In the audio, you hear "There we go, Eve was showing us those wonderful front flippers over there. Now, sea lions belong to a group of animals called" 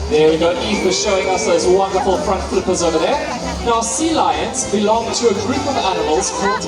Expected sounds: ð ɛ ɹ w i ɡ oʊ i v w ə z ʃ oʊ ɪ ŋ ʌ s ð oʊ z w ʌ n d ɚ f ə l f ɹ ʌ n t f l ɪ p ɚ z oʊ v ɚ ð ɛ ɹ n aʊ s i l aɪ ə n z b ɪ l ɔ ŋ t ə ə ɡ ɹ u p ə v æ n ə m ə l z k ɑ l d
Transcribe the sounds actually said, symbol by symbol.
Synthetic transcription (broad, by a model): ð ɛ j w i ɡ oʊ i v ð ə ʃ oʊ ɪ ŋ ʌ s ð oʊ z w ʌ n d ɚ f ə l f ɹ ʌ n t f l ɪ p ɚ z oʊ v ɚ ð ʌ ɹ n aʊ s i l aɪ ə n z b ɪ l ɔ ŋ t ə ə ɡ ɹ u p ə v æ n ə m ə l z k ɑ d